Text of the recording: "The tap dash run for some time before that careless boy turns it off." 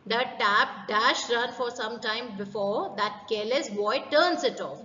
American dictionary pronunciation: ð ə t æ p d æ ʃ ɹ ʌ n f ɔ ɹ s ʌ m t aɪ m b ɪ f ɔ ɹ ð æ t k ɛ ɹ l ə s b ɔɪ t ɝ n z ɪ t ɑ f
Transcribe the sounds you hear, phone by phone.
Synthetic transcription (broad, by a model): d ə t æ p d æ ʃ ɹ ʌ n f ɔ ɹ s ʌ m t aɪ m b ɪ f ɔ ɹ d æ t k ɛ l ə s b ɔɪ t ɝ n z ɪ t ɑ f